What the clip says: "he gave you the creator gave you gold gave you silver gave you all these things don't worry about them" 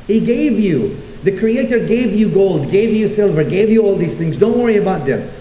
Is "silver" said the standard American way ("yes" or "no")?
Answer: yes